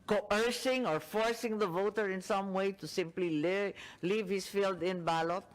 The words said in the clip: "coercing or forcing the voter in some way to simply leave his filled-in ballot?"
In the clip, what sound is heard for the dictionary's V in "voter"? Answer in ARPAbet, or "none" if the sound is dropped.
V